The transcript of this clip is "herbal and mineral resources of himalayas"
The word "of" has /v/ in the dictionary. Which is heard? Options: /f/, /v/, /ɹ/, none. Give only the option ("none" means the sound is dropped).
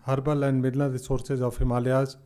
/f/